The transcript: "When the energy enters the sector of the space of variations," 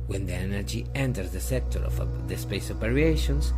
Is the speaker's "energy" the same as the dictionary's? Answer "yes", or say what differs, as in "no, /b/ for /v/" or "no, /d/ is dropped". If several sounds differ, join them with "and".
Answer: yes